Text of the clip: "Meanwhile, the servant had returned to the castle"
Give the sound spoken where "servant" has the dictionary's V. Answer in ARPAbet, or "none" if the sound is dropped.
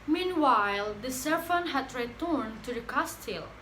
F